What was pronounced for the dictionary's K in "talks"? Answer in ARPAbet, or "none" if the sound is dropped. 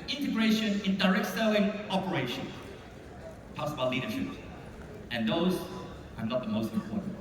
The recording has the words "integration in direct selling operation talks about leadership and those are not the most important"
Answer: none